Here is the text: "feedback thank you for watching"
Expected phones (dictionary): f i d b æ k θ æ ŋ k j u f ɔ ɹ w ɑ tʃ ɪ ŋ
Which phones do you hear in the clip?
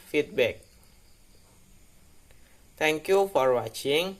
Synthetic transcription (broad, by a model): f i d b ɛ k t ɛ ŋ k j u f ɔ ɹ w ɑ tʃ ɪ ŋ